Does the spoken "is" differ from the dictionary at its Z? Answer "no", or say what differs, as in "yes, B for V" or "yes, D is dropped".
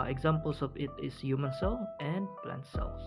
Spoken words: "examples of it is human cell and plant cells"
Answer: yes, S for Z